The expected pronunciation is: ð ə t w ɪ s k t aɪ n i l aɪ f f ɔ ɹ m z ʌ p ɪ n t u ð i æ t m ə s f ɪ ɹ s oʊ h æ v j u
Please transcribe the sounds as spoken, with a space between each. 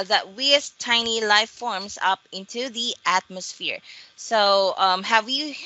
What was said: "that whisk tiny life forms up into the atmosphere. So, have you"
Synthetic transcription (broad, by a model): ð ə t w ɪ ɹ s t aɪ n i l aɪ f f ɔ ɹ m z ʌ p ɪ n t u ð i æ t m ə s f ɪ ɹ s oʊ h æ v j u